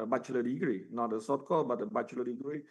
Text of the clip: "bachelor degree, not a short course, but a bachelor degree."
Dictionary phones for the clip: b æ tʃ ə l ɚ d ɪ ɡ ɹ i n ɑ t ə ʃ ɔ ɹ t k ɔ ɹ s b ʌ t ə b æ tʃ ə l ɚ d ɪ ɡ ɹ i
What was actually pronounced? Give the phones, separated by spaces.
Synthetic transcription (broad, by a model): b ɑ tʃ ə l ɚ d ɪ ɡ ɹ i n ɑ t ə s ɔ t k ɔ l b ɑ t ə b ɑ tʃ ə l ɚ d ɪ ɡ ɹ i